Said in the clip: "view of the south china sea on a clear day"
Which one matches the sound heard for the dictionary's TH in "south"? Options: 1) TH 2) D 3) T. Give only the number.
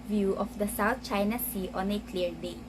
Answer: 3